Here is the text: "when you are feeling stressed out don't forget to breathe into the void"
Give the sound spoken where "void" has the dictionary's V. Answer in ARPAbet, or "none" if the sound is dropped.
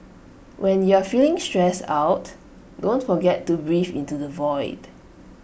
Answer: V